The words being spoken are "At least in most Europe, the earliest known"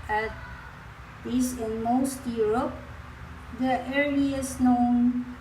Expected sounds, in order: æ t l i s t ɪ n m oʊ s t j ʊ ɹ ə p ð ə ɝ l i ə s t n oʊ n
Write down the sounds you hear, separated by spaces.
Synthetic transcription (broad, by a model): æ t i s ɪ n m oʊ s t j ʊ ɹ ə p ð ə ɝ i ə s n oʊ n